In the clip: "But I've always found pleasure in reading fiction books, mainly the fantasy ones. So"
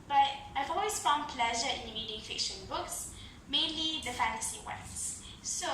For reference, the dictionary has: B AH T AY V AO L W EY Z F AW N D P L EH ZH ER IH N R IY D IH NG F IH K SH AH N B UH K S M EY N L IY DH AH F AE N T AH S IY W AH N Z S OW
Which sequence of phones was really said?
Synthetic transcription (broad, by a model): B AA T AY V AO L W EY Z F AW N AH P L EH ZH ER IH N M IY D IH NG F IH K SH AH N B UH K S M EY N L IY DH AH F AE N T AH S IY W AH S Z S OW